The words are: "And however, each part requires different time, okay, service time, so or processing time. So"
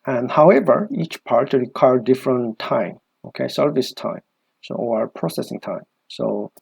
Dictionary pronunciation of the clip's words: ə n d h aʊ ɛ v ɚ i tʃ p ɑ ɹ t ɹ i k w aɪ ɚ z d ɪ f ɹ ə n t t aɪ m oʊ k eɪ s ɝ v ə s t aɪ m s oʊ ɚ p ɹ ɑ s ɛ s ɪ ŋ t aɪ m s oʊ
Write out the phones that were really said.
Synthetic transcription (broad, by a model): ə n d h aʊ ɛ v ɚ i tʃ p ɑ ɹ t ɹ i k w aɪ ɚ d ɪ f ɹ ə n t t aɪ m oʊ k eɪ s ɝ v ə s t aɪ m s oʊ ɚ p ɹ ɑ s ɛ s ɪ ŋ t aɪ m s oʊ